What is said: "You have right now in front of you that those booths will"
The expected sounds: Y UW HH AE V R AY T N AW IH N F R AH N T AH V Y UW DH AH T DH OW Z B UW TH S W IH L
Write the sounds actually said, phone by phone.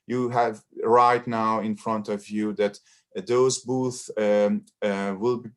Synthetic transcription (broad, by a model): Y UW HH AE V R AY T N AW IH N F R AH N T AH V Y UW DH AH T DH OW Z B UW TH W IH L